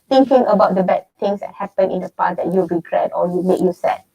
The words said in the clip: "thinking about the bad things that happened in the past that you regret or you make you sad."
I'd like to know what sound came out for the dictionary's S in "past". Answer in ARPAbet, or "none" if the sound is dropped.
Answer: none